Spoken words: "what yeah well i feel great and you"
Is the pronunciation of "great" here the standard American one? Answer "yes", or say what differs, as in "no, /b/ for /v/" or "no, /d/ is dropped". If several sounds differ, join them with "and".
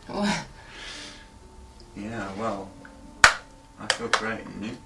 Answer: no, /t/ is dropped